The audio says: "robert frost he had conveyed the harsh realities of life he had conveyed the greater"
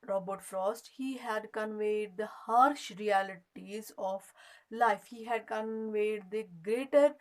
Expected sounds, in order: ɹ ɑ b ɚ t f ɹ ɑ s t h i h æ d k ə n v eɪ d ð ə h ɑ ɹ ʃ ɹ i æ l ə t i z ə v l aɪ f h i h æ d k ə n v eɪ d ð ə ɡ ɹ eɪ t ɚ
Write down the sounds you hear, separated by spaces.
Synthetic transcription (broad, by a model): ɹ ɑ b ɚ t f ɹ ɑ s t h i h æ d k ə n v eɪ d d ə h ɑ ɹ ʃ ɹ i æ l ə t i z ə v l aɪ f h i h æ d k ə n v eɪ d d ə ɡ ɹ eɪ t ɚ